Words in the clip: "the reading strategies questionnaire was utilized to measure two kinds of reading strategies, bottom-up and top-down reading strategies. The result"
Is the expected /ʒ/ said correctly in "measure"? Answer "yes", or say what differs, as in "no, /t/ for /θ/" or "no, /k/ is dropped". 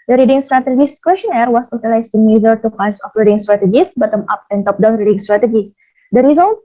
no, /z/ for /ʒ/